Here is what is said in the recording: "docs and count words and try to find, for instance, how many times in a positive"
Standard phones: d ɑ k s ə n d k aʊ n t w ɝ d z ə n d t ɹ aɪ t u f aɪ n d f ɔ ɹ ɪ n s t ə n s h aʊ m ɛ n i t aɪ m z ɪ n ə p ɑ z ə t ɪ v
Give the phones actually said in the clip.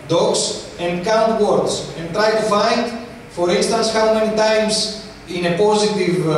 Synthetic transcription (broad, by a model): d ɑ k s ə n d k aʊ n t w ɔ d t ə n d t ɹ aɪ t u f aɪ n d f ɔ ɹ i n s t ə n s h aʊ m ɛ n i t aɪ m s ɪ n ə p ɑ z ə t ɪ v